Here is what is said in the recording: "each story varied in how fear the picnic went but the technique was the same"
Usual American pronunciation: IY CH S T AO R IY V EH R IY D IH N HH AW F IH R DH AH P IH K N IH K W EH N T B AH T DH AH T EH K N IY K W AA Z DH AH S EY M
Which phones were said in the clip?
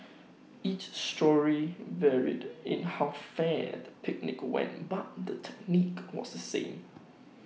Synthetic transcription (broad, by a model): IY CH S T AO R IY V EH R IY D IH N HH AW F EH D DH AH P IH K N IH K W EH N T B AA T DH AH T EH K N IY K W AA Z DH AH S EY M